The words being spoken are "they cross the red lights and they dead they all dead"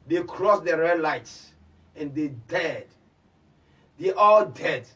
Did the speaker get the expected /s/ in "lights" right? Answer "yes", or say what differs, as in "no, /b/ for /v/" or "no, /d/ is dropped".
yes